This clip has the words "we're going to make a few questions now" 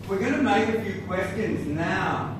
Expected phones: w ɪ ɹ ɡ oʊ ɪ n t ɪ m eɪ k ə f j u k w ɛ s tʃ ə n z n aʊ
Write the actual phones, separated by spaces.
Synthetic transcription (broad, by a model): w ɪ ɹ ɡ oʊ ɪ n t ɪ m eɪ k ə f j u k w ɛ s tʃ ə n z n aʊ